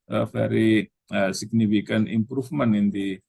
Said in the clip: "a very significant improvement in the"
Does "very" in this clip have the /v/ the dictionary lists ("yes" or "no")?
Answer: no